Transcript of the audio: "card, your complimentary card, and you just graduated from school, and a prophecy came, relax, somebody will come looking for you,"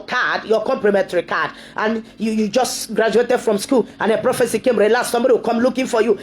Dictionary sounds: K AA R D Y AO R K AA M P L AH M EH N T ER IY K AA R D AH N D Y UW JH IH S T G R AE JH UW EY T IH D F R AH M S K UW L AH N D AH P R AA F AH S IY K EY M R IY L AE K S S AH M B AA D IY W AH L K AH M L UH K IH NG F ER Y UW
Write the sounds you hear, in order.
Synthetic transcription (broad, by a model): K AA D Y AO K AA M P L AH M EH N T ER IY K AA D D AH N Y Y UW JH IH S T G R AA JH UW EY T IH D F R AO M S K UW L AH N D AH P R AA F AH S IY K EY M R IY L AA S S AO M B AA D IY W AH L K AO M L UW K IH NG F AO Y UW